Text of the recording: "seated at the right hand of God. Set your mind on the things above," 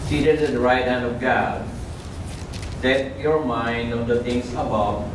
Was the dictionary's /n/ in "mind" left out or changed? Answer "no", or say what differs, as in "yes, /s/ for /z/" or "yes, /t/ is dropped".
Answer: no